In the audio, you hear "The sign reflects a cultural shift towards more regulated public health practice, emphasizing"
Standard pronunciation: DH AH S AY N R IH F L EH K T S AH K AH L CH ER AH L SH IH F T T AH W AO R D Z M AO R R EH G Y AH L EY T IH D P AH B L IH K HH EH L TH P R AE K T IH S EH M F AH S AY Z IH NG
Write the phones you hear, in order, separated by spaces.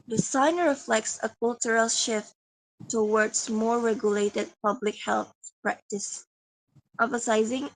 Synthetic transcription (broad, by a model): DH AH S AY N R IH F L EH K T S AH K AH L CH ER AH L SH IH F T T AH W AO R D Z M AO R R EH G Y AH L EY T IH D P AH B L IH K HH EH L TH P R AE K T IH S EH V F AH S AY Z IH NG